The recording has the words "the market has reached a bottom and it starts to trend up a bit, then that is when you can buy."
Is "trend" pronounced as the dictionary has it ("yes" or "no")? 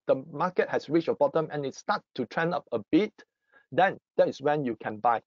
no